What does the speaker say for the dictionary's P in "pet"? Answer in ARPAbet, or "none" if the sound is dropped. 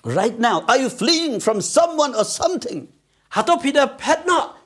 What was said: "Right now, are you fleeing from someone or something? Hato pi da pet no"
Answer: P